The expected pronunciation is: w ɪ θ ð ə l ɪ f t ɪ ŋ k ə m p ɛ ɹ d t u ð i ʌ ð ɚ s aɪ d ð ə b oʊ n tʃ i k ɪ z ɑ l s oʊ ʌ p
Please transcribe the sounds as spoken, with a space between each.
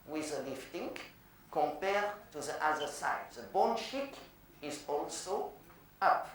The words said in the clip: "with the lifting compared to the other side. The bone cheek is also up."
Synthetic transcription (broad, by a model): w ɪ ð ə l ɪ f t ɪ ŋ k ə m p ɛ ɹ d t u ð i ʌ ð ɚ s aɪ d ð ə b oʊ n ʃ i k ɪ z ɑ l s oʊ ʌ p